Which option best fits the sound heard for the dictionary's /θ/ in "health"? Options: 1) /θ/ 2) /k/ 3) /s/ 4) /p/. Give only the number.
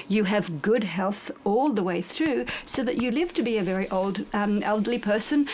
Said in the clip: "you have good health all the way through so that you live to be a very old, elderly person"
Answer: 1